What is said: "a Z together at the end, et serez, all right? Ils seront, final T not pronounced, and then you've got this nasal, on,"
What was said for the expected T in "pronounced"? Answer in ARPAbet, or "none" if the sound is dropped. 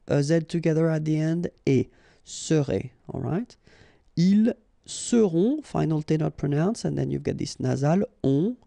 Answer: none